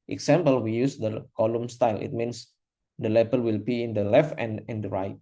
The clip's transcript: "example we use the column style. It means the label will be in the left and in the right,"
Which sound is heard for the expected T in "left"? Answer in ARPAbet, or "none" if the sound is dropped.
T